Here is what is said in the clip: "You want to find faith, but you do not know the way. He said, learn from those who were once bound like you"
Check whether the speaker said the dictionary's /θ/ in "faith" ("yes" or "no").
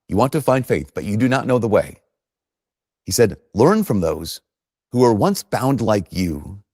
yes